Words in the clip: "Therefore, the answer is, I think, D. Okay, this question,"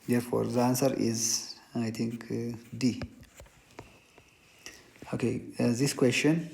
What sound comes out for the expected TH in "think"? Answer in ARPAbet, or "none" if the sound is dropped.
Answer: T